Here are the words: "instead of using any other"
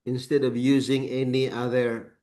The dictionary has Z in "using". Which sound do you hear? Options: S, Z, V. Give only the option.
Z